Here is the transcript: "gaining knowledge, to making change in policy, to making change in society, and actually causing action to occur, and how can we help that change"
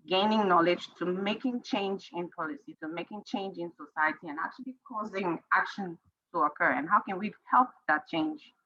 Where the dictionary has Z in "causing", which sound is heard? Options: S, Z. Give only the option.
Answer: Z